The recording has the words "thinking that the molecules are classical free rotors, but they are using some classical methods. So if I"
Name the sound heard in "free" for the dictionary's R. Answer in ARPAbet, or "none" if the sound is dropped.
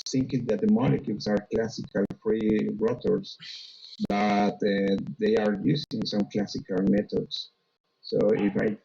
R